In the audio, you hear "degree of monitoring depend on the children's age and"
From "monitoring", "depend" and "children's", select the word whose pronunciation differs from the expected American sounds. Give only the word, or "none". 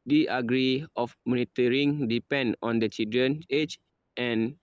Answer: children's